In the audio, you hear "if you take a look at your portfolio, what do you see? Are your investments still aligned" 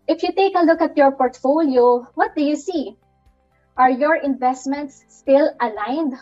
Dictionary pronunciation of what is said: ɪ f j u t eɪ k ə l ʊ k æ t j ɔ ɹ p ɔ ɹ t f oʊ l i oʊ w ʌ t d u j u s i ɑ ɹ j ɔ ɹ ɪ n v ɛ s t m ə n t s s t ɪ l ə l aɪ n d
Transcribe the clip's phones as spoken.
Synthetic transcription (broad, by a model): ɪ f j u t eɪ k ə l ʊ k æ t j ɔ ɹ p ɔ ɹ t f oʊ l i oʊ w ʌ t d u j u s i ɑ ɹ j ɔ ɹ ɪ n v ɛ s t m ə n t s s t ɪ l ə l aɪ n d